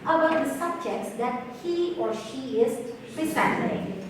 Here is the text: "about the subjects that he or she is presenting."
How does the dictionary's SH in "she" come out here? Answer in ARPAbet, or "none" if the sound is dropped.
SH